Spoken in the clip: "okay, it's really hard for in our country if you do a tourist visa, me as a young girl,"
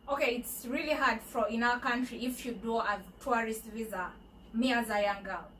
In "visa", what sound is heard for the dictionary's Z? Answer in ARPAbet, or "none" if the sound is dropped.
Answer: Z